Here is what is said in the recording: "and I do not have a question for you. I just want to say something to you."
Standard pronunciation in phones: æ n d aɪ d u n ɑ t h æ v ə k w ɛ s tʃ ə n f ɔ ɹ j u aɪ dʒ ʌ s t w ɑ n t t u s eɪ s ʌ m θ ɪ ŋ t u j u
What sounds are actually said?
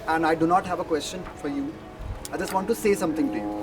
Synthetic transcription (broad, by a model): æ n d aɪ d u n ɑ t h æ v ə k w ɛ s tʃ ə n f ɔ ɹ j u aɪ dʒ ʌ s t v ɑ n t t u s eɪ s ʌ m t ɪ ŋ t u j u